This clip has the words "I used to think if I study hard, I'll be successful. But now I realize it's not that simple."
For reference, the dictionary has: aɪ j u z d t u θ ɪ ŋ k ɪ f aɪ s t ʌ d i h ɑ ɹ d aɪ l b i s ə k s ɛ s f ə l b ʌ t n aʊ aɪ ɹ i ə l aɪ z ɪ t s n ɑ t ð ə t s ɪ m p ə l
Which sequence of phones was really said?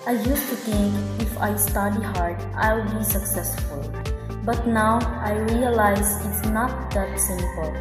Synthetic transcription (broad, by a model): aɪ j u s t u t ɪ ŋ k ɪ f aɪ s t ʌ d i h ɑ ɹ d aɪ l b i s ə k s ɛ s f ə l b ʌ t n aʊ aɪ ɹ i ə l aɪ z ɪ t s n ɑ t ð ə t s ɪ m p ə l